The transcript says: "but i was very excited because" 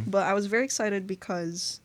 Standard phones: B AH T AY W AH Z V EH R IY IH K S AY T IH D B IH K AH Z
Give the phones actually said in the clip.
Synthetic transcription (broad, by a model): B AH T AY W AH Z V EH R IY IH K S AY T IH D B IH K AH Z